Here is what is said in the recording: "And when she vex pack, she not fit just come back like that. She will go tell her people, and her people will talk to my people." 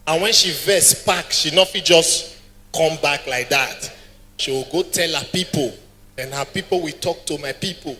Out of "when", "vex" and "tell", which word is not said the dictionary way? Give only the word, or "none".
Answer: vex